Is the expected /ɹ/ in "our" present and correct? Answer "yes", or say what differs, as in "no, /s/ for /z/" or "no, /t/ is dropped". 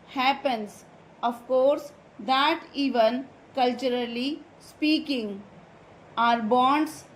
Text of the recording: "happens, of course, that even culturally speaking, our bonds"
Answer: yes